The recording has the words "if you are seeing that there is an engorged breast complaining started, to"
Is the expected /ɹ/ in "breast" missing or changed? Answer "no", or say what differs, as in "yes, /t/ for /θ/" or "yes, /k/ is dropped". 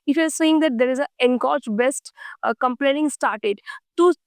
yes, /ɹ/ is dropped